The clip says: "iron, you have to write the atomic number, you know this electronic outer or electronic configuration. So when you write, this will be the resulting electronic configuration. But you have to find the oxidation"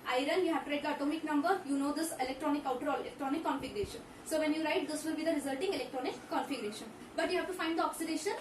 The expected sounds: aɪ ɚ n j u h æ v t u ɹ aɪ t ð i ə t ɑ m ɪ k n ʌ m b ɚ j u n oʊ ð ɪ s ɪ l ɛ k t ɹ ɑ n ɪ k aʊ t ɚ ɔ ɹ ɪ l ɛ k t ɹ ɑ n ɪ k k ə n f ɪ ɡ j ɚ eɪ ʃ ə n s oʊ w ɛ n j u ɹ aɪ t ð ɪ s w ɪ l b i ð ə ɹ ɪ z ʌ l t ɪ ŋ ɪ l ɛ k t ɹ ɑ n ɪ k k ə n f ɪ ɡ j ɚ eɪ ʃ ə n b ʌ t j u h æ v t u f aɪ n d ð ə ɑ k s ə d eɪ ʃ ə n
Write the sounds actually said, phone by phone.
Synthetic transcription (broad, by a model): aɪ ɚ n j u h æ v t u ɹ aɪ t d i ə t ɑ m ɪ k n ʌ m b ɚ j u n oʊ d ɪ s ɪ l ɛ k t ɹ ɑ n ɪ k aʊ t ɚ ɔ l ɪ l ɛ k t ɹ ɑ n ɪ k k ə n f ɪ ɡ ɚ eɪ ʃ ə n s oʊ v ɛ n j u ɹ aɪ t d ɪ s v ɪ l b i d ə ɹ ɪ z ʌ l t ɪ ŋ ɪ l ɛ k t ɹ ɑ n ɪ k k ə n f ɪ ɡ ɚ eɪ ʃ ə n b ʌ t j u h æ v t u f aɪ n d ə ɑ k s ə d eɪ ʃ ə n